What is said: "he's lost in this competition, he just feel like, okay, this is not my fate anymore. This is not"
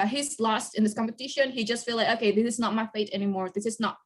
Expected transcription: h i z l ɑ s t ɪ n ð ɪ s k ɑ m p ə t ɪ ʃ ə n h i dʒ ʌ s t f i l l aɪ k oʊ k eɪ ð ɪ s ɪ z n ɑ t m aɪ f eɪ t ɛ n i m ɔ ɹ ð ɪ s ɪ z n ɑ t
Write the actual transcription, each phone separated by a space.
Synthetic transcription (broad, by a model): h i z l ɑ s t ɪ n ð ɪ s k ɑ m p ə t ɪ ʃ ə n h i dʒ ʌ s t f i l l aɪ k oʊ k eɪ ð ɪ s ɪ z n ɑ t m aɪ f eɪ t ɛ n i m ɔ ɹ ð ɪ s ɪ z n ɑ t